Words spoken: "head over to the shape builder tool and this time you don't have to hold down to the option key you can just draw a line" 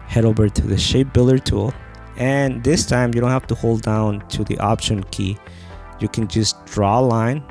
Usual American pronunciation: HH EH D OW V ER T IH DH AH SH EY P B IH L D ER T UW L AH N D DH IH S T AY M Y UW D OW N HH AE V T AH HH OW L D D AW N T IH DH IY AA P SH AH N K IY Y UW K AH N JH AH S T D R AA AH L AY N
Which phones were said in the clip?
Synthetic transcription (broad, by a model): HH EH D OW V ER T IH DH AH SH EY P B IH L ER T UW L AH N DH IH S T AY M Y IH D OW N HH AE F T AH HH OW L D D AW N T IH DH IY AA P SH AH N K IY Y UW K AH N JH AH S D R AA L AY N